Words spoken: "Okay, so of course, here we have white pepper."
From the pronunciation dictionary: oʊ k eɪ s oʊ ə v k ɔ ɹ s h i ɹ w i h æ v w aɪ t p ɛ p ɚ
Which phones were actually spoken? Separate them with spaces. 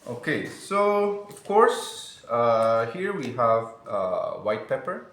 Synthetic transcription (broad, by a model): oʊ k eɪ s oʊ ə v k ɔ ɹ s h i ɹ w i h æ v w aɪ t p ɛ p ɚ